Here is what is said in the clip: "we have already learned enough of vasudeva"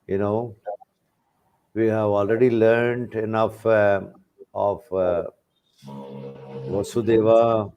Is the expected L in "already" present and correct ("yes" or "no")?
yes